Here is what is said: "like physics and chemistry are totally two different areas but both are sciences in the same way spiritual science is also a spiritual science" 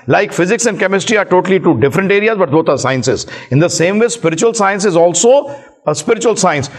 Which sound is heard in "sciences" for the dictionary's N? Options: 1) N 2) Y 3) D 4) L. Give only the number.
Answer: 1